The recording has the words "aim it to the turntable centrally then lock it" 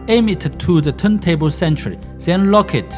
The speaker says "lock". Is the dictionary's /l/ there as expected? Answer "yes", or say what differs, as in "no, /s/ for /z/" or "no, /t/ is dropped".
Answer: yes